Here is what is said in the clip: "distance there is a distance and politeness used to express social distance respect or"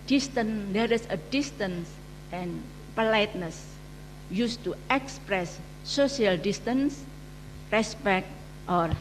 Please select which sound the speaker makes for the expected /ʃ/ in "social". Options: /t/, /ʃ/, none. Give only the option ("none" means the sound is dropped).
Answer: none